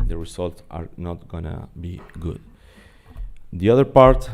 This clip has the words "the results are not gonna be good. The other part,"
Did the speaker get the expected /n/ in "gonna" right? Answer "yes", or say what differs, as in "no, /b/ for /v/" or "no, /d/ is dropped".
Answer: yes